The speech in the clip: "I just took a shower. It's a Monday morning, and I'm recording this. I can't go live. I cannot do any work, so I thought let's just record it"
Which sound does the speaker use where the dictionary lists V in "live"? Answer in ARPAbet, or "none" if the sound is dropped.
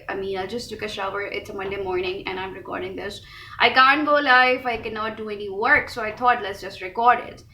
F